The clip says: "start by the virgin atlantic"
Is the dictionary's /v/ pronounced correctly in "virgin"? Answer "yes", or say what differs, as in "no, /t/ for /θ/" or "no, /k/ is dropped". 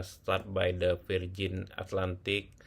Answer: no, /f/ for /v/